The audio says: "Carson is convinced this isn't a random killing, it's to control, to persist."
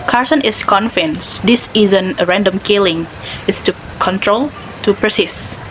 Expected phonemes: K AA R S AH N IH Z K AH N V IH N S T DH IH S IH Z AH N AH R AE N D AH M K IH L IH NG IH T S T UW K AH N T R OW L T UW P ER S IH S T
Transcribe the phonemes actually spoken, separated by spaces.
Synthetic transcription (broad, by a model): K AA R S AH N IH S K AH N F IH N S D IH S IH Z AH N AH R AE N D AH M K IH L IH NG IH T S T UW K AH N T R OW L T UW P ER S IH S